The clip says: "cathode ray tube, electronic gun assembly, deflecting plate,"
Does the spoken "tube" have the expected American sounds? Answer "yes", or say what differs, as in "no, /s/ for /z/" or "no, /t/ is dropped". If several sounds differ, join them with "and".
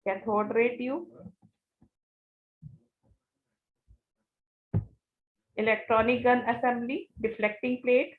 no, /b/ is dropped